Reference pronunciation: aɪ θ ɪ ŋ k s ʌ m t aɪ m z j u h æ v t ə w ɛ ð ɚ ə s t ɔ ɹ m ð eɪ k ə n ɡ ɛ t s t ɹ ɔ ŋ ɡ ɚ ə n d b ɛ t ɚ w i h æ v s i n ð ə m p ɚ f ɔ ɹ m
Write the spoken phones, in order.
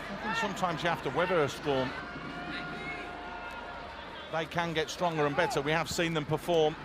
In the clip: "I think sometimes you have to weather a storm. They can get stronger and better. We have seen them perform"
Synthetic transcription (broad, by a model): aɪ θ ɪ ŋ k s ʌ m t aɪ m z j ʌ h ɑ f t ə w ɛ ð ɚ ə s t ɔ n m ð eɪ k ə n ɡ ɛ t s t ɹ ɔ ŋ ɡ ɚ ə n b ɛ t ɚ w i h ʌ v s i n ð ə m p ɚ f ɔ m